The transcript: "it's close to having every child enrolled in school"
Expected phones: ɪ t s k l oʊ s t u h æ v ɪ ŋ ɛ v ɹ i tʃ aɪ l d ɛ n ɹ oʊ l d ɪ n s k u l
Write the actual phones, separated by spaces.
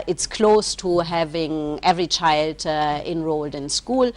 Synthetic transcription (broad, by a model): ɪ t s k l oʊ s t u h æ v ɪ ŋ ɛ v ɹ i tʃ aɪ l d ɛ n ɹ oʊ l d ɪ n s k u l